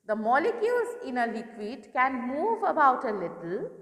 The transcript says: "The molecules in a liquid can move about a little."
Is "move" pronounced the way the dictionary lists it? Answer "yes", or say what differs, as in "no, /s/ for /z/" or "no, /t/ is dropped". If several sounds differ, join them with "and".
yes